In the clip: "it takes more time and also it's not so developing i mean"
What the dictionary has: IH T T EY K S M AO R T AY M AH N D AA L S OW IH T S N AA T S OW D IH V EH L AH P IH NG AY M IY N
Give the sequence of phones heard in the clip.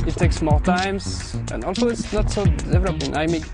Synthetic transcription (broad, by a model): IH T T EY K S M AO L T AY M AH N AA L S OW IH T S N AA T S OW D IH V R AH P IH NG AY M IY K